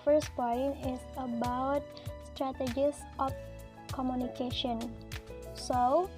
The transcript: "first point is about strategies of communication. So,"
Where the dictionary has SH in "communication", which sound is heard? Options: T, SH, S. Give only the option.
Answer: SH